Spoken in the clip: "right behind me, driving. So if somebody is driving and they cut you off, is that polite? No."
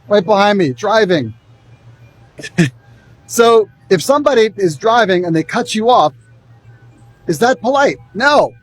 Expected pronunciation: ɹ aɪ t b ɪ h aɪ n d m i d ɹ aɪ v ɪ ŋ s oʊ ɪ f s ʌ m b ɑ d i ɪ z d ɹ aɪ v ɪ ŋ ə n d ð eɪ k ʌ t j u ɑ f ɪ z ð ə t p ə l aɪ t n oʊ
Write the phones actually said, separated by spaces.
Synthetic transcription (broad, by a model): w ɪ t b ɪ h aɪ n d m i d ɹ aɪ v ɪ ŋ s oʊ ɪ f s ʌ m b ɑ d i ɪ z d ɹ aɪ v ɪ ŋ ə n ð eɪ k ʌ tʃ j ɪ ɑ f ɪ z ð ə t p ə l aɪ t n oʊ